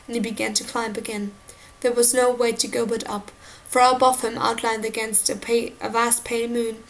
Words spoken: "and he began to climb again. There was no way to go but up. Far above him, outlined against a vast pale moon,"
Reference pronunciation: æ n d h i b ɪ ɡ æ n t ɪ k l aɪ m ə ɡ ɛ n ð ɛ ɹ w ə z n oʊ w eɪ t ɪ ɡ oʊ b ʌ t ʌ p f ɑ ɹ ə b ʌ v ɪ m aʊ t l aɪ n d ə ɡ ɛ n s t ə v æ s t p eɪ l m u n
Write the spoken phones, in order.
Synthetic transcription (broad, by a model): n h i b ɪ ɡ æ n t ɪ k l aɪ m ə ɡ ɛ n ð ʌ ɹ w ə z n oʊ w eɪ t ɪ ɡ oʊ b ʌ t ʌ p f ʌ ɹ ə b ʌ v ɪ m aʊ t l aɪ n d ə ɡ ɛ n s t ə v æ s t p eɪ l m u n